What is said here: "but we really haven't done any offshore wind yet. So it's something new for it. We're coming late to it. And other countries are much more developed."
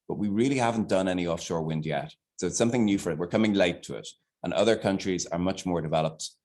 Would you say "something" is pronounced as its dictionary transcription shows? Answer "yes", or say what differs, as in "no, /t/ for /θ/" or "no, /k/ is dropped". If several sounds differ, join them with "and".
yes